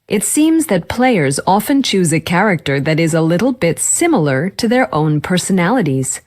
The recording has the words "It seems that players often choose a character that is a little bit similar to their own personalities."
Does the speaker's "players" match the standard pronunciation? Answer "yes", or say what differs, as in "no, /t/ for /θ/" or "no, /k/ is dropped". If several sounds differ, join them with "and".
yes